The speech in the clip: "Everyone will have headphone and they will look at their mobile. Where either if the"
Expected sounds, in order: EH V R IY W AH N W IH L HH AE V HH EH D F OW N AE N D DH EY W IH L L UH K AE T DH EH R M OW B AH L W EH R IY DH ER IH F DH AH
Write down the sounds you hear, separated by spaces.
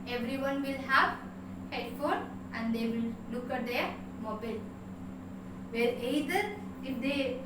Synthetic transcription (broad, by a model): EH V R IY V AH N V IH L HH AE V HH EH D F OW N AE N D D EY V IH L L UH K AE T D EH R M OW B AH L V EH R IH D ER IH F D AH